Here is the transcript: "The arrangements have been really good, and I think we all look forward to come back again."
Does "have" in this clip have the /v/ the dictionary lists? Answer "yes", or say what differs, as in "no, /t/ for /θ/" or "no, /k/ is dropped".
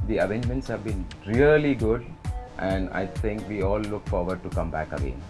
yes